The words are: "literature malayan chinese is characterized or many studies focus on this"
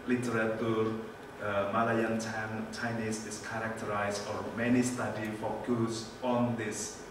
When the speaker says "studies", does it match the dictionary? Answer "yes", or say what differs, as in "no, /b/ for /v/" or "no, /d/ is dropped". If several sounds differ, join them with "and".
no, /z/ is dropped